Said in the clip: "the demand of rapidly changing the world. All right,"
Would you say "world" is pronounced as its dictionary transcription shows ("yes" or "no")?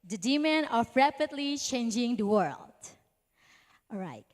yes